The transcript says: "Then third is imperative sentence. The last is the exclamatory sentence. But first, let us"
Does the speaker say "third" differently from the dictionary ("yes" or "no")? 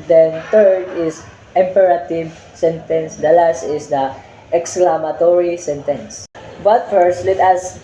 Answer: yes